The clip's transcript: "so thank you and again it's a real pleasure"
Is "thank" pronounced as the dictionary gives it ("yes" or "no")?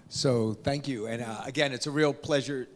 yes